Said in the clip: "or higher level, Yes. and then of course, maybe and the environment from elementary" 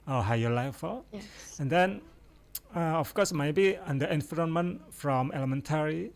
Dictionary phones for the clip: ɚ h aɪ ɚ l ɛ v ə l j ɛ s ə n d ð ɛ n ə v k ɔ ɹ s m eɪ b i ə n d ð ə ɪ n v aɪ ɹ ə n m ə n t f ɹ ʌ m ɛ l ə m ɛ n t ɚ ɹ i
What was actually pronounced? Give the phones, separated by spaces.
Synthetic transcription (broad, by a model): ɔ h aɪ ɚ l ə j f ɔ ə n d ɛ n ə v k ɔ s m eɪ b i ə n d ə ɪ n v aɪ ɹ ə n m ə n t f ɹ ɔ m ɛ l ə m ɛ n t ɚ ɹ i